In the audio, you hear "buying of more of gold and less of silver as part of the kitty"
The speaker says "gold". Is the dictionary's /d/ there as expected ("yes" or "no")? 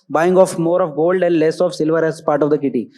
yes